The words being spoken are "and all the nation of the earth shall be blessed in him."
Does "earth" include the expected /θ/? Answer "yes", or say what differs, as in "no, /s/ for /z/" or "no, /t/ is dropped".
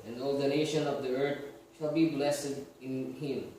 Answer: no, /t/ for /θ/